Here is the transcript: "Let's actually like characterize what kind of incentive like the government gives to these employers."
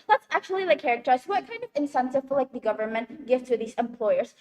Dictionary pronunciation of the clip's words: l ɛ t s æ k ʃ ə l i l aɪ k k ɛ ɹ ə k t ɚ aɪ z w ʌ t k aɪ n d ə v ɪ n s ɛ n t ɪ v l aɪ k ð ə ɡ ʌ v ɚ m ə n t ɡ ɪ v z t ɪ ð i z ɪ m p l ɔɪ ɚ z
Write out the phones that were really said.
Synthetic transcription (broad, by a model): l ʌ t s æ k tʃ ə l i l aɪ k k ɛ ɹ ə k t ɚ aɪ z w ʌ t k aɪ n d ə v ɪ n s ɛ n t ɪ v l aɪ k ð ə ɡ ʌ v ɚ m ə n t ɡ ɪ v t ɪ ð i z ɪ m p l ɔɪ ɚ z